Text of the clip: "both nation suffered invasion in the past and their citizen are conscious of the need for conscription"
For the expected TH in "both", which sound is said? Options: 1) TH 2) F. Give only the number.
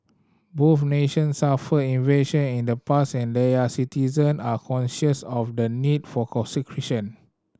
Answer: 2